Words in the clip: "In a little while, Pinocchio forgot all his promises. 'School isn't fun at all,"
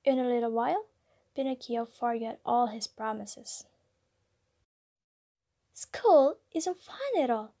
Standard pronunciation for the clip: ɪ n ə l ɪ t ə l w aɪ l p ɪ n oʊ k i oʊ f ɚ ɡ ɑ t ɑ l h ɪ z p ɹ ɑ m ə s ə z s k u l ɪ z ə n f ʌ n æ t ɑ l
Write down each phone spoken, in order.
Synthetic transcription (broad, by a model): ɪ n ə l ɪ t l w aɪ l b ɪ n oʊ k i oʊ f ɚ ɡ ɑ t ɑ l h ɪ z p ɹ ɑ m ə s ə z s k u l ɪ z ə n f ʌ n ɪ t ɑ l